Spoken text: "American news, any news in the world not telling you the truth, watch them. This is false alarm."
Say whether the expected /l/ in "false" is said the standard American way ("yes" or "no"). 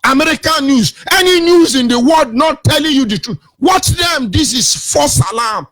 no